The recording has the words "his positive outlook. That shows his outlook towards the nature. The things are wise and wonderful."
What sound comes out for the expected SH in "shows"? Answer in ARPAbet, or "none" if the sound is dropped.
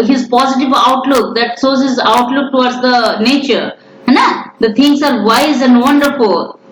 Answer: S